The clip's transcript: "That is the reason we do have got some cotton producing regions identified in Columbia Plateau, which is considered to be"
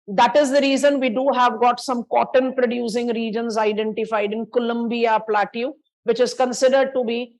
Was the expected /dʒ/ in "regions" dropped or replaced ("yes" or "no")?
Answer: no